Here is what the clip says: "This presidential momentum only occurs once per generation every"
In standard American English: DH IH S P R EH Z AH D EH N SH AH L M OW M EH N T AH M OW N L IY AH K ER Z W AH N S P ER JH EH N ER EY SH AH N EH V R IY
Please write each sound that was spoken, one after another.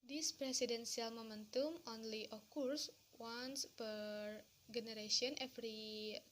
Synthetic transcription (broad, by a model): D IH S P R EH S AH D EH N S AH L M OW M EH N T AH M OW N L IY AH K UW S W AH N S P ER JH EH N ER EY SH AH N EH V R IY